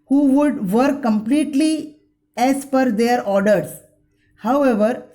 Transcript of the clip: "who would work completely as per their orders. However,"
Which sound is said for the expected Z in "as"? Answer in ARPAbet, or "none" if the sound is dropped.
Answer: S